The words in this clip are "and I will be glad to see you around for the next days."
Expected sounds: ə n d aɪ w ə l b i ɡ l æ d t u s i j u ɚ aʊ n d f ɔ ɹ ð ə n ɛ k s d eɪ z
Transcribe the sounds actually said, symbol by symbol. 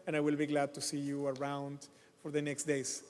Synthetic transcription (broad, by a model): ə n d aɪ w ə l b i ɡ l æ d t u s i j u ɚ aʊ n d f ɔ ɹ ð ə n ɛ k s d eɪ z